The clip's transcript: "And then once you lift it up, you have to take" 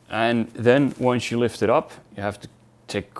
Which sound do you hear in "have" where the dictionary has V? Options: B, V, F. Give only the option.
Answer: F